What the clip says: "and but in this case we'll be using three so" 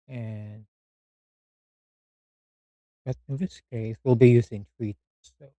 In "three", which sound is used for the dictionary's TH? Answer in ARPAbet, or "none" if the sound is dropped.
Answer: T